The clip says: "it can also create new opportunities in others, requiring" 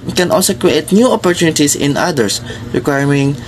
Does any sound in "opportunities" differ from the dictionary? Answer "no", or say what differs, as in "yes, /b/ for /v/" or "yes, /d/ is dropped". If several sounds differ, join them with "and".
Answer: yes, /s/ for /z/